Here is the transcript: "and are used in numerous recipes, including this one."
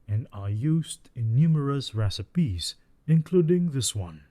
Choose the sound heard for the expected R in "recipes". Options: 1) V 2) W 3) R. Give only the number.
3